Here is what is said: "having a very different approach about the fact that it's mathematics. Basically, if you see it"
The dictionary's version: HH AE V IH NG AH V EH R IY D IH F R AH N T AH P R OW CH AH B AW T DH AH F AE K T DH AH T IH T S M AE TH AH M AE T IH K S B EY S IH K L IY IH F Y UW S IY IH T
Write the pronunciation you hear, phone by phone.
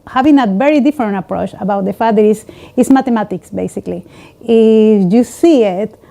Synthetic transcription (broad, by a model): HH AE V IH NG AH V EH R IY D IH F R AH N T AH P R OW CH AH B AW T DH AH F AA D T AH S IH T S M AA T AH M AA T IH K S B EY S IH K L IY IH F Y UW S IY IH T